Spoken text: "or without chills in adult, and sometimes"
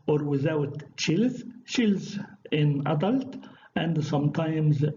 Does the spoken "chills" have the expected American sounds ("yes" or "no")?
yes